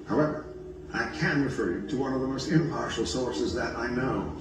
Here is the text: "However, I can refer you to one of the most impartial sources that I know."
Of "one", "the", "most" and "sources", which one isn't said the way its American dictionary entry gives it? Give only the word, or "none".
none